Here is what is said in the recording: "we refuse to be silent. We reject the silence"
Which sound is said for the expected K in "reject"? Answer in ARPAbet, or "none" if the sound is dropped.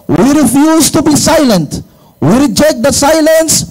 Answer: K